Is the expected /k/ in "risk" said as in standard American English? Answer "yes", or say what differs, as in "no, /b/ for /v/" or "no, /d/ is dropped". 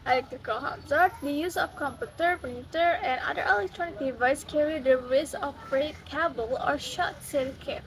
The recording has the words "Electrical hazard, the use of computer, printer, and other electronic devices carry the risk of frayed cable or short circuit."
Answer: no, /k/ is dropped